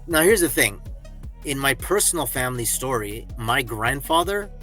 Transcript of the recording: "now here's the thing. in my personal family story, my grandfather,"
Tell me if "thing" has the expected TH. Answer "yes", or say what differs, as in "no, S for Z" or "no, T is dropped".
yes